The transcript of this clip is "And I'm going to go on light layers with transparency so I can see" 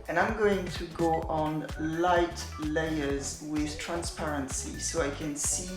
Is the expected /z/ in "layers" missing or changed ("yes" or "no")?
no